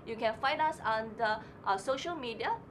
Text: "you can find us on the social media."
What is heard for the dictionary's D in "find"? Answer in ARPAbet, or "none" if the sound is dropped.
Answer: none